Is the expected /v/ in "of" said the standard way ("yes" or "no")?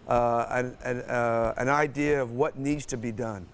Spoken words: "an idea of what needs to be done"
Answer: yes